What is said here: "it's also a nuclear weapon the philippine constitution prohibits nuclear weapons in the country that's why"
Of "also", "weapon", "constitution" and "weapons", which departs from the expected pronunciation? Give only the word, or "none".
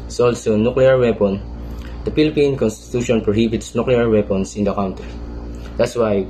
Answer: weapons